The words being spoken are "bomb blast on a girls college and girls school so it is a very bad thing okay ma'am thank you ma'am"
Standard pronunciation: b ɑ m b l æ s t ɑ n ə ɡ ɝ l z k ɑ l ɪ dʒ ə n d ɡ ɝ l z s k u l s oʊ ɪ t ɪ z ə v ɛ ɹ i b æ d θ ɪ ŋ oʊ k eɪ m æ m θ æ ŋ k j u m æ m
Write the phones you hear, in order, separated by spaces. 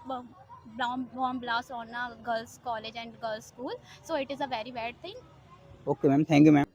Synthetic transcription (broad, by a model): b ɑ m b l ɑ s ɑ n ə ɡ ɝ l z k ɑ l ɪ dʒ ə n d ɡ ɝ l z s k u l s oʊ ɪ t ɪ z ə v ɛ ɹ i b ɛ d t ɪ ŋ oʊ k eɪ m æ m t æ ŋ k j u m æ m